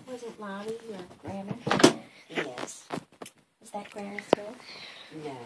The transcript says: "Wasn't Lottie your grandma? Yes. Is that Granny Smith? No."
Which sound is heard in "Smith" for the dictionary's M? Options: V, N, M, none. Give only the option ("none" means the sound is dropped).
none